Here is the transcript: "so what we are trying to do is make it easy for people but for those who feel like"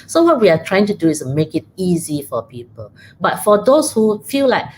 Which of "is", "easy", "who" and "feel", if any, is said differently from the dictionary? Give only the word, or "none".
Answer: is